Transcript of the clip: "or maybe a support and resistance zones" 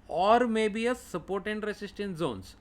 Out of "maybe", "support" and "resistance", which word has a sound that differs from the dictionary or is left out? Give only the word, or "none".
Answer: resistance